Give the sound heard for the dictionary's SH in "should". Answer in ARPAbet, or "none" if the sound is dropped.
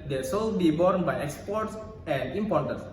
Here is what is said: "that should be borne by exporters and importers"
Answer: S